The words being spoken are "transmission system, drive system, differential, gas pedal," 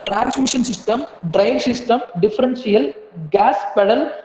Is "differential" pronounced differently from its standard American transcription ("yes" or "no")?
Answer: yes